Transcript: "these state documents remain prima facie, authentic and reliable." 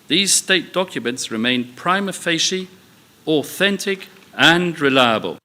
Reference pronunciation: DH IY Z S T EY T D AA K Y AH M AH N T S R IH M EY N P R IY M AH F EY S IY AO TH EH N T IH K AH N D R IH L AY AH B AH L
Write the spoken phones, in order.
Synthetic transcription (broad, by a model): DH IY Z S T EY T D AA K Y AH M AH N T S R IH M EY N P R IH M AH F EY SH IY AO TH EH N T IH K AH N R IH L AY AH B AH L